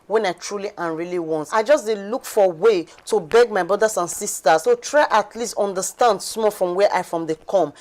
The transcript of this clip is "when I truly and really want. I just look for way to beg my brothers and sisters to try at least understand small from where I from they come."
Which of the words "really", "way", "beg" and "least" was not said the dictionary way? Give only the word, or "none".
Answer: none